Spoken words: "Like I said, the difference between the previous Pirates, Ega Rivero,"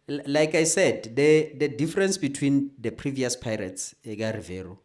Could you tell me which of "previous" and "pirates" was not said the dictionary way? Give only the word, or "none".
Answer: none